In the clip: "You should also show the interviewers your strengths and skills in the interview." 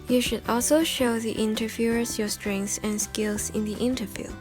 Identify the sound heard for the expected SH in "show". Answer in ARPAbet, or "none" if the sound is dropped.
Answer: SH